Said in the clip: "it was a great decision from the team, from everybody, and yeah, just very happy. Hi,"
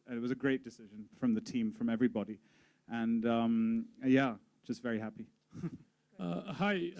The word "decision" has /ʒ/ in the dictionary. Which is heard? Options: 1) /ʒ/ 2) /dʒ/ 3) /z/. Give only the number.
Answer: 1